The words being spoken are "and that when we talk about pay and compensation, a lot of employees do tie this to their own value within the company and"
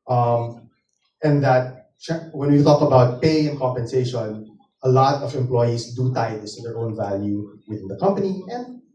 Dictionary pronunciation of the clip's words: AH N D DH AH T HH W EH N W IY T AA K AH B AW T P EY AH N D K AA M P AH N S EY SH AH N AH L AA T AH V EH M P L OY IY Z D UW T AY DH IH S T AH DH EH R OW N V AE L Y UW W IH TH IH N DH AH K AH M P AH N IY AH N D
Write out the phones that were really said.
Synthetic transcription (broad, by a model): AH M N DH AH T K W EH N W IY T AA K AH B AW T P EY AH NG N K AA M P AH N S EY SH AH N AH L AA T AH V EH M P L OY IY S D UW T AY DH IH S T AH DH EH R OW N V AE L Y UW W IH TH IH N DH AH K AH M P AH N IY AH N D